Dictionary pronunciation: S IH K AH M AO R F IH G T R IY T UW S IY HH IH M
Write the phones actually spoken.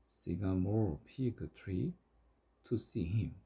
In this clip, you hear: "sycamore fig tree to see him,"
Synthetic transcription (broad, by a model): S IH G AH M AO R P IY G T R IY T UW S IY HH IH M